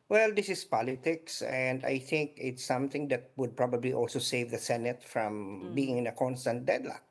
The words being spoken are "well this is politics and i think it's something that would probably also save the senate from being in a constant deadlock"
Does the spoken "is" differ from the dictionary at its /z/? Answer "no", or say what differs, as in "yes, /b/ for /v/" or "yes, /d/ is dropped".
yes, /s/ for /z/